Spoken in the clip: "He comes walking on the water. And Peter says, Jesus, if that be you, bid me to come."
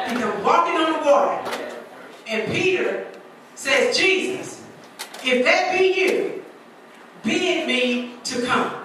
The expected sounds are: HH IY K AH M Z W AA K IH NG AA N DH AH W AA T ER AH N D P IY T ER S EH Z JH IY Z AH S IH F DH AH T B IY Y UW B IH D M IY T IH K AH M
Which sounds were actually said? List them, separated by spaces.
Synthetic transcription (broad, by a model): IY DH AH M W AA K IH NG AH N DH AH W AA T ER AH N P IY T ER S EH Z JH IY Z AH S IH F DH AH T B IY Y UW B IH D M IY T IH K AH M